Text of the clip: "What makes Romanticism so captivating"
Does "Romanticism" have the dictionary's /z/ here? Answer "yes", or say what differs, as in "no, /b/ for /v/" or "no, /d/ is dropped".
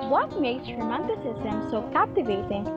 no, /s/ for /z/